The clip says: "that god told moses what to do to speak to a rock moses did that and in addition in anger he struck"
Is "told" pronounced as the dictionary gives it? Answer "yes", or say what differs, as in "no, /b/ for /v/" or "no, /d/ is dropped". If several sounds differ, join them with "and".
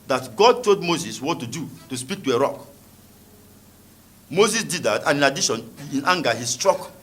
no, /l/ is dropped